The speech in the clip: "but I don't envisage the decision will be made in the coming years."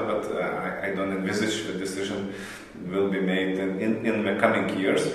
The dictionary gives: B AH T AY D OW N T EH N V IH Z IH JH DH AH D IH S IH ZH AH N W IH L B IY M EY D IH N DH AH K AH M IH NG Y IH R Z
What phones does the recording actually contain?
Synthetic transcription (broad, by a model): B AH T AY D OW N T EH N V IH Z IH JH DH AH D IH S IH ZH AH N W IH L B IY M EY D IH N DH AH K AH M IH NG Y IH R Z